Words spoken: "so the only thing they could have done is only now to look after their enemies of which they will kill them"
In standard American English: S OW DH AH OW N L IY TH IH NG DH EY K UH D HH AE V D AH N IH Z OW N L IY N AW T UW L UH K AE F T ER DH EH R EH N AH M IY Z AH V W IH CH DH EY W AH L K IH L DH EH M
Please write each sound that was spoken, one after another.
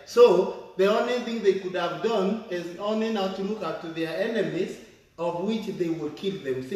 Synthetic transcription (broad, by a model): S OW DH AH OW N L IY TH IH NG DH EY K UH D HH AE V D AH N IH Z OW N L IY N AW T UW L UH K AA P T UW DH EH R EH N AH M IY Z AH V W IH CH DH EY W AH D K IH L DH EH M